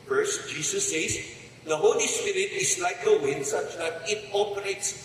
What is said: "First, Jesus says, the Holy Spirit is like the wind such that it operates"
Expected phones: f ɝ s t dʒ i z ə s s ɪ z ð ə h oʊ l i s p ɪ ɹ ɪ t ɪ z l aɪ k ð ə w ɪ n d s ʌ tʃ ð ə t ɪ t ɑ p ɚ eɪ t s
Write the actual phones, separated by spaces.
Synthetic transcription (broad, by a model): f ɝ s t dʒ i s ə s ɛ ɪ s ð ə h oʊ l i s p ɪ ɹ ɪ t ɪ s l aɪ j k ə w ɪ n d s ʌ tʃ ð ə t ɪ t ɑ p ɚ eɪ t s